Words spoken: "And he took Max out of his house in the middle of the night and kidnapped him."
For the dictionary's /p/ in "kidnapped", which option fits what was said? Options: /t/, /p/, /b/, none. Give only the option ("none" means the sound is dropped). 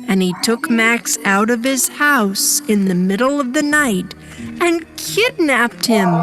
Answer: /p/